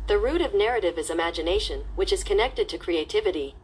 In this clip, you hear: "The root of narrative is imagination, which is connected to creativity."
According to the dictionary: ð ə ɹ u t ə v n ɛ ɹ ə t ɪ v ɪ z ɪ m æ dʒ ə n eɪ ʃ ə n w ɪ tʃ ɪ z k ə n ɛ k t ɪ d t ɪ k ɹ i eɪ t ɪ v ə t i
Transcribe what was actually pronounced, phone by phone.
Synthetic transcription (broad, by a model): ð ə ɹ u t ə v n ɛ ɹ ə t ɪ v ɪ z ɪ m æ dʒ ə n eɪ ʃ ə n w ɪ tʃ ɪ z k ə n ɛ k t ɪ d t ɪ k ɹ i eɪ t ɪ v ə t i